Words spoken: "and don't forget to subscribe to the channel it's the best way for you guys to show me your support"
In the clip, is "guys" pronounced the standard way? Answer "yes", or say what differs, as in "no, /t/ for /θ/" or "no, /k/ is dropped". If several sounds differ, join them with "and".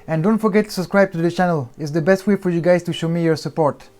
no, /s/ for /z/